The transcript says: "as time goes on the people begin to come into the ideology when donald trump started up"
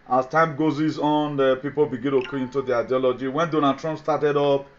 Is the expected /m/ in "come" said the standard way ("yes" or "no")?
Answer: no